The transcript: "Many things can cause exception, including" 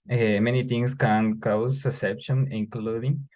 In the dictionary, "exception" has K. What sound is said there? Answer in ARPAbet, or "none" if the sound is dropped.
none